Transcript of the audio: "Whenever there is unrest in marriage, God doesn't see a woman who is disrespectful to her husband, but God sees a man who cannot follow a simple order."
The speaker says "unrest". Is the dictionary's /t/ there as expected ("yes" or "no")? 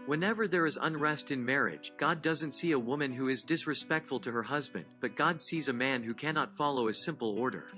yes